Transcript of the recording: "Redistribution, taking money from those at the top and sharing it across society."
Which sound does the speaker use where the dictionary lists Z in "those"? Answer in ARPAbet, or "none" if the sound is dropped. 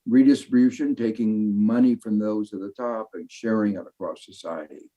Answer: Z